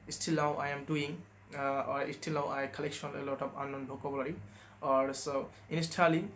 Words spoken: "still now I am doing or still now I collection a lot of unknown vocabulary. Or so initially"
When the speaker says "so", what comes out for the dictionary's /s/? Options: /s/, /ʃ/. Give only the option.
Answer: /s/